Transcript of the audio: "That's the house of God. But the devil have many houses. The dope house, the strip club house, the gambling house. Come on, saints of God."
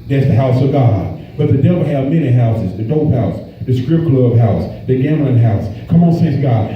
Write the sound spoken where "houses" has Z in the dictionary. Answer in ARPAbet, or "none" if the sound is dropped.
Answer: Z